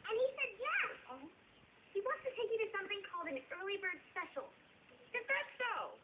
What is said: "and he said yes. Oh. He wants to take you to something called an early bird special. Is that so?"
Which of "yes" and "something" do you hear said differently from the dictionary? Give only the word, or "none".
yes